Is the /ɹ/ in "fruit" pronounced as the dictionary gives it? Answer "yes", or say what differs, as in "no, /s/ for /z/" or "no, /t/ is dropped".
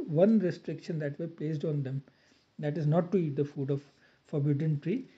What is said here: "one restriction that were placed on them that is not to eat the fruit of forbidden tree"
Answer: no, /ɹ/ is dropped